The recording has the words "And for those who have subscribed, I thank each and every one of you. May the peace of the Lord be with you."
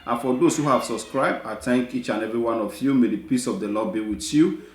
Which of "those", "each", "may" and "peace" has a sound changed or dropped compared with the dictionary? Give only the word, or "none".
those